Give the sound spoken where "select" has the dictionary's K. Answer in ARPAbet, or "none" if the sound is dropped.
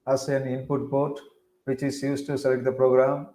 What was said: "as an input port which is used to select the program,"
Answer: K